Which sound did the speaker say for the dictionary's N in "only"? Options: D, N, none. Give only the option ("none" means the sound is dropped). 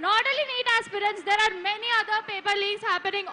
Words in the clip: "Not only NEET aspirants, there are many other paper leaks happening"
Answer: none